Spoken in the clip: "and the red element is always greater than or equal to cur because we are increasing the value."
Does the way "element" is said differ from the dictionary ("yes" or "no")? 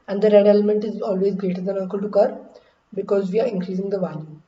no